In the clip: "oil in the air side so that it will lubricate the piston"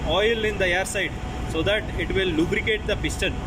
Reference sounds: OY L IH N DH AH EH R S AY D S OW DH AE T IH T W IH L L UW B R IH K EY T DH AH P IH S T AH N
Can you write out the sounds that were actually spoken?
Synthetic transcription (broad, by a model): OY L IH N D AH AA R S AY D S OW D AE T IH T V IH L L UW B R IH K EY T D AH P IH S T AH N